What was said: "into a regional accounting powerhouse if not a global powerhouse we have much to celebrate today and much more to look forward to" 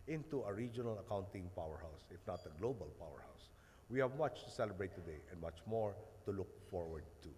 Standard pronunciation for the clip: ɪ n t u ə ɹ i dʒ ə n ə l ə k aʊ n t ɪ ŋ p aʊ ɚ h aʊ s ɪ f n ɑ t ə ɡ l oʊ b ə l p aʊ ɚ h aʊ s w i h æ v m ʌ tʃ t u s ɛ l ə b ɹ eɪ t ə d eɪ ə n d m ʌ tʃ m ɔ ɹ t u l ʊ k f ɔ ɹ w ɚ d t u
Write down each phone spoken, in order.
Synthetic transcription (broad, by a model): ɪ n t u ə ɹ i dʒ ə n ə l ə k aʊ n t ɪ ŋ p aʊ ɚ h aʊ s ɪ f n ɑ t ə ɡ l oʊ b ə l p aʊ ɚ h aʊ s w i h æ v m ʌ tʃ t u s ɛ l ə b ɹ eɪ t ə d eɪ ə n d m ʌ tʃ m ɔ ɹ t u l ʊ k f ɔ ɹ w ɚ d t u